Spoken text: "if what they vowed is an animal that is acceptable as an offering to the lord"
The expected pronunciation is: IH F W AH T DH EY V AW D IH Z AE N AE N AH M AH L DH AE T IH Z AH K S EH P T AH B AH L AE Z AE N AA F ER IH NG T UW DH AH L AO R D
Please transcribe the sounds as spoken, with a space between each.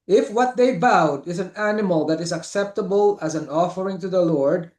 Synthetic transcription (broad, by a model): IH F W AH T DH EY B AW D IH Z AE N AE N AH M AH L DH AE T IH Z AH K S EH P T AH B AH L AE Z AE N AA F ER IH NG T UW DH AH L AO R D